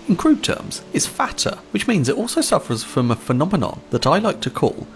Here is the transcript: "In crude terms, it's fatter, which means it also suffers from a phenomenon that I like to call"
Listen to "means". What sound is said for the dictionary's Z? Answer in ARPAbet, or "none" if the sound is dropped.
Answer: Z